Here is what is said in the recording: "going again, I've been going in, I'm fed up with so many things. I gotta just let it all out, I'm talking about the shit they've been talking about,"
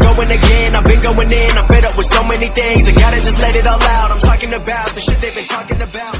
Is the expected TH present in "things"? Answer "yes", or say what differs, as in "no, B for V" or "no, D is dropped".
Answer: yes